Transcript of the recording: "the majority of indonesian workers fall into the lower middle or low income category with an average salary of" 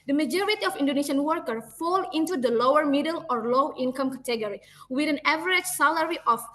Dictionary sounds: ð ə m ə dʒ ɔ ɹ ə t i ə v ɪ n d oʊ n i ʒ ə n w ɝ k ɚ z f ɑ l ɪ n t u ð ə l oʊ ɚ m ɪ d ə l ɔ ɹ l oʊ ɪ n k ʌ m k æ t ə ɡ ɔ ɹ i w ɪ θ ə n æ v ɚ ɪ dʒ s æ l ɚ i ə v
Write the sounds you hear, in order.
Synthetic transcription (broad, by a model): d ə m ə dʒ ɔ ɹ ə t i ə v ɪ n d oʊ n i ʃ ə n w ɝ k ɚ f ɑ l ɪ n t u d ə l oʊ ɚ m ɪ d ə l ɔ ɹ l oʊ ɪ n k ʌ m k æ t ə ɡ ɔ ɹ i w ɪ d ə n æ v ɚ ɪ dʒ s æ l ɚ i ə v